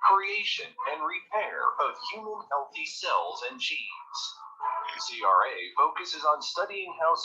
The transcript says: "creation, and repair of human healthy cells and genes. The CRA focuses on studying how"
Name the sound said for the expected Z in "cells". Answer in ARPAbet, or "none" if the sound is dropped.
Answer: Z